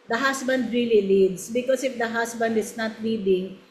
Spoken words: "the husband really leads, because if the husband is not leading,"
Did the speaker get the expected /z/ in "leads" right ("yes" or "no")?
no